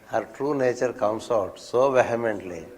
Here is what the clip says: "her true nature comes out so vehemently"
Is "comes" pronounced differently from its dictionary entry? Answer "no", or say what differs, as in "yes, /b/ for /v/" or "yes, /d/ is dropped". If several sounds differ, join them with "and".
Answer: yes, /s/ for /z/